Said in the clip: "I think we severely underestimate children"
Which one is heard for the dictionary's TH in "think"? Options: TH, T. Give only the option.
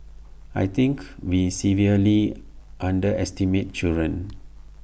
T